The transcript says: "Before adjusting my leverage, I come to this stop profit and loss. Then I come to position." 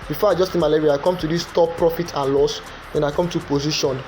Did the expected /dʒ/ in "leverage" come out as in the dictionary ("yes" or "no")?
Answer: no